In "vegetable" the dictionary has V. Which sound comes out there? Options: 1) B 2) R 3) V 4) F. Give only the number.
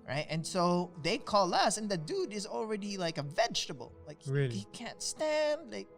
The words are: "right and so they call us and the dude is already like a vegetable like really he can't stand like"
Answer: 3